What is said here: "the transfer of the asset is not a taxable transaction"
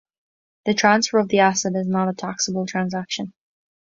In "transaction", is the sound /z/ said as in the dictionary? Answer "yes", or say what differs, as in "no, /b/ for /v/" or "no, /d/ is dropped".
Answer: yes